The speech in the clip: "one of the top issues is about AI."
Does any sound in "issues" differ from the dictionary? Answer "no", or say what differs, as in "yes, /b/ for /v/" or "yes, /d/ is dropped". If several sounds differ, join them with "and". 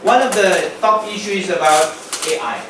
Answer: yes, /z/ is dropped